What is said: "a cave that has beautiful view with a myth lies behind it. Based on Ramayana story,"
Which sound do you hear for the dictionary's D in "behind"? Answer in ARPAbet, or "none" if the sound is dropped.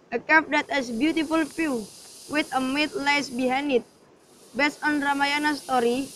none